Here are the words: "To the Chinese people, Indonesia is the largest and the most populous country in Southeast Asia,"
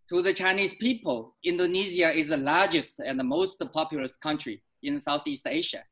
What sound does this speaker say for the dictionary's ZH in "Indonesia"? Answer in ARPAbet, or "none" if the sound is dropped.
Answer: Z